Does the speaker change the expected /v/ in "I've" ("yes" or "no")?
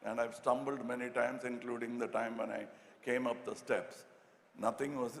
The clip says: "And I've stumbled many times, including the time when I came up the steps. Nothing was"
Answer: no